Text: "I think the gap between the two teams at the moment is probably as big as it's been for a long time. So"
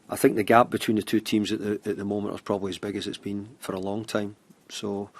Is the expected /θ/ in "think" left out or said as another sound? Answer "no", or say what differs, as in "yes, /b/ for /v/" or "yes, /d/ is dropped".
no